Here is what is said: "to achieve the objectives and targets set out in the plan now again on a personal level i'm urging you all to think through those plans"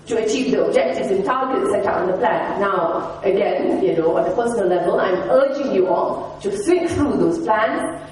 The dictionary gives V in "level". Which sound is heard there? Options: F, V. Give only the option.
V